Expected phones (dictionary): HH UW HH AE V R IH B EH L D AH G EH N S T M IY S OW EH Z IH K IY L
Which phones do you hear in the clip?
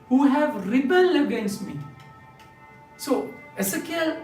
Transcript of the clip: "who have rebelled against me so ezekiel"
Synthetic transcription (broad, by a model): HH UW HH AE V R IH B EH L AH G EH N S T M IY S OW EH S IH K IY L